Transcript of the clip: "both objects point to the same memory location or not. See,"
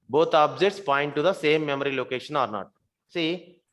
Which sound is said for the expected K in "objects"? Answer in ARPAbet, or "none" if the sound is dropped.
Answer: none